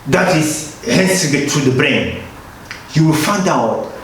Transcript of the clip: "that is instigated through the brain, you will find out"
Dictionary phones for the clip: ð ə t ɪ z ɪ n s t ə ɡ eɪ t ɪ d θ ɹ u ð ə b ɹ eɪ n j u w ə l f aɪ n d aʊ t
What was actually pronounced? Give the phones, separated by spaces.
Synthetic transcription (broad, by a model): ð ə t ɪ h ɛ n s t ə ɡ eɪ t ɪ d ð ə b ɹ eɪ n j u w ə l f aɪ n d aʊ t